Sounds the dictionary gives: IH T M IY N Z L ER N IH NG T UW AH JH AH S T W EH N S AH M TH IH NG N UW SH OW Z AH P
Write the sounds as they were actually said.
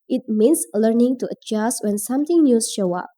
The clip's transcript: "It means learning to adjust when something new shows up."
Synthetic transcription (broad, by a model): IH T M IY N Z L ER N IH NG T UW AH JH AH S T W EH N S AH M T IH NG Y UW SH OW AH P